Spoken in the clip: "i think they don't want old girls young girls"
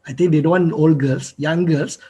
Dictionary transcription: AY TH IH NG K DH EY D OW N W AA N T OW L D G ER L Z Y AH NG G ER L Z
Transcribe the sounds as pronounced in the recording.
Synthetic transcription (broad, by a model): AY T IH NG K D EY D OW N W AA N OW L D G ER L S Y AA NG G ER L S